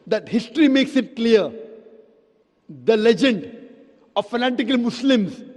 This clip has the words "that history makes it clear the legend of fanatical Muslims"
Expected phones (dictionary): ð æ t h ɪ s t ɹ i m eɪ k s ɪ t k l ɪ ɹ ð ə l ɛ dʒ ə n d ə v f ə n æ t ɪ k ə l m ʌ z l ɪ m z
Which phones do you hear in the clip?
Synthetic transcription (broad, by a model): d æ t h ɪ s t ɹ i m eɪ k s ɪ t k l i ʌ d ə l ɛ dʒ ə n d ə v f ə n æ t ɪ k ə l m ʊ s l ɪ m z